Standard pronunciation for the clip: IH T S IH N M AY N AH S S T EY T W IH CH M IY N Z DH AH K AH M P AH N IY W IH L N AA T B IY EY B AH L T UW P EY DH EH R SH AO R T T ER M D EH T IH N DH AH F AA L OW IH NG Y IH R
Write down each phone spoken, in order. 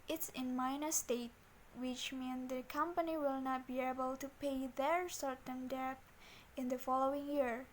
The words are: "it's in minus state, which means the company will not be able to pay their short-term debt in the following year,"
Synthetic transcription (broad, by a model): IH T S IH N M AY N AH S S T EY T W IH CH M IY N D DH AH K AH M P AH N IY W IH L N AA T B IY EY B AH L T UW P EY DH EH R S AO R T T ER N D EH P IH N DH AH F AA L OW IH NG Y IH R